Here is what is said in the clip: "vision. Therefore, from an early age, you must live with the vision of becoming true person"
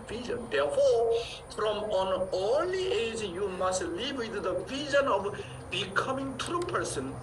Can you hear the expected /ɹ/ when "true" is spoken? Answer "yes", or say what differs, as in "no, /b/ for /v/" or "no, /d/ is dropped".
yes